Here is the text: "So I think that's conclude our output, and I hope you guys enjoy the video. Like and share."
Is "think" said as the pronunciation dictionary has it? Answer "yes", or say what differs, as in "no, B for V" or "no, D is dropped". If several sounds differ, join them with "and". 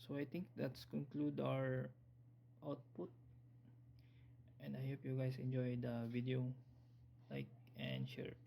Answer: no, T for TH